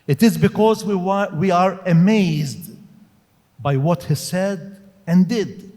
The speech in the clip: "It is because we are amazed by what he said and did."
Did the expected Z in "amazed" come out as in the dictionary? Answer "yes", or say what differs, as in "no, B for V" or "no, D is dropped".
yes